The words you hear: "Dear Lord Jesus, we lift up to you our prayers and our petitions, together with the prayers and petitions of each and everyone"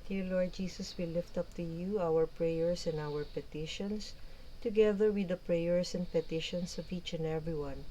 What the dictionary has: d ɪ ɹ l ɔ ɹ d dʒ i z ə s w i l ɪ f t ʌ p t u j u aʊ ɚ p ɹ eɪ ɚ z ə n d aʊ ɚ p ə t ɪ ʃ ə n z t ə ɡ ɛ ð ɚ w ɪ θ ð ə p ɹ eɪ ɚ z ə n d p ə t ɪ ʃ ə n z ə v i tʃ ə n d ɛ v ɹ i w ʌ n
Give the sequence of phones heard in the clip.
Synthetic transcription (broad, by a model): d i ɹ l ɔ ɹ d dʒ i s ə s w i l ɪ f t ʌ p t u j u aʊ ɚ p ɹ eɪ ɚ s ə n d aʊ ɚ p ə t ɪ ʃ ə n s t ə ɡ ɛ ð ɚ w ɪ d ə p ɹ eɪ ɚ s ə n d p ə t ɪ ʃ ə n s ə v i tʃ ə n d ɛ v ɹ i w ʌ n